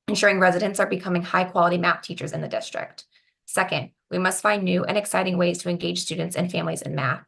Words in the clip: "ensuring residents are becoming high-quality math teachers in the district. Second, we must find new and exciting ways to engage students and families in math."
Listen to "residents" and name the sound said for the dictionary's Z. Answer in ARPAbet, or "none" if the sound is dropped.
Z